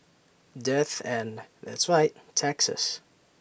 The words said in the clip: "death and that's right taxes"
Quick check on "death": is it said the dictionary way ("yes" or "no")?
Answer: yes